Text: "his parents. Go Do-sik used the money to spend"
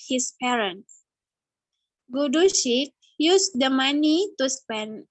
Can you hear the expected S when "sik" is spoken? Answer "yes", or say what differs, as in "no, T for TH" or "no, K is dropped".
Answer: no, SH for S